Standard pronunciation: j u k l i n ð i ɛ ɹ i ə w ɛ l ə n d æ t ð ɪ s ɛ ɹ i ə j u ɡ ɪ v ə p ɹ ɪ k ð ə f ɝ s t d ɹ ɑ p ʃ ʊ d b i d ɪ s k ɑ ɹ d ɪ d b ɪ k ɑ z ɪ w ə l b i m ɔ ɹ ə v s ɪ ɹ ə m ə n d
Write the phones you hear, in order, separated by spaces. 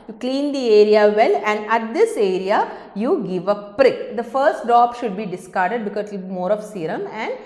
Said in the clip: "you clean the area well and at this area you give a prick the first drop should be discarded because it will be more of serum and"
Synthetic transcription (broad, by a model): j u k l i n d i ɛ ɹ i ə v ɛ l ə n d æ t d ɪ s ɛ ɹ i ə j u ɡ ɪ v ə p ɹ ɪ k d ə f ɝ s t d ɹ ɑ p ʃ ʊ d b i d ɪ s k ɑ ɹ d ɪ d b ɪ k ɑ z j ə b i m ɔ ɹ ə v s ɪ ɹ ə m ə n d